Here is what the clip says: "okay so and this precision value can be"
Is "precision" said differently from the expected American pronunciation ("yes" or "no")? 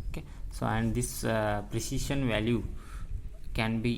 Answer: yes